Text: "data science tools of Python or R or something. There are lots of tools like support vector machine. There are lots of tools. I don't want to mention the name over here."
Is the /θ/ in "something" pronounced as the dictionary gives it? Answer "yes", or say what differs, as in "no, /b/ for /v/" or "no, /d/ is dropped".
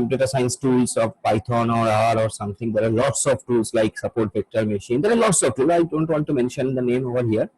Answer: no, /t/ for /θ/